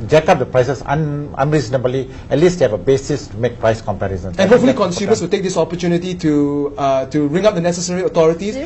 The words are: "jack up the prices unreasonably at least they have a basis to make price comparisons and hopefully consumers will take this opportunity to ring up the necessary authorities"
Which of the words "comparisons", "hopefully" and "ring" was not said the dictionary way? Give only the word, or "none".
comparisons